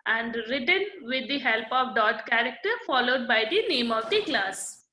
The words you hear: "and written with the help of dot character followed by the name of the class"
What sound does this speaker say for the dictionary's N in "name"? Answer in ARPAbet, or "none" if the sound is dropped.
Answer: N